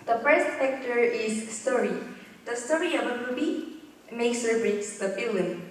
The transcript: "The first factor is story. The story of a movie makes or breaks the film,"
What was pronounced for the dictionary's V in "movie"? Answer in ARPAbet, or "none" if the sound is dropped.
B